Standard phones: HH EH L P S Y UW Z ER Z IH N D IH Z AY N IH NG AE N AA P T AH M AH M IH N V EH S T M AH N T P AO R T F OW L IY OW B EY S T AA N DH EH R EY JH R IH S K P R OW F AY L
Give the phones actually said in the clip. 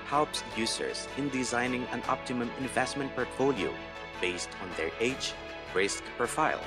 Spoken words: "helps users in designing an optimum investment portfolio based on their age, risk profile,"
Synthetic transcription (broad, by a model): HH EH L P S Y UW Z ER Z IH N D IH Z AY N IH NG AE N AA P T AH M AH M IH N V EH S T M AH N T P AO R T F OW L IY OW B EY S T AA N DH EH R EY JH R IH S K P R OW F AY L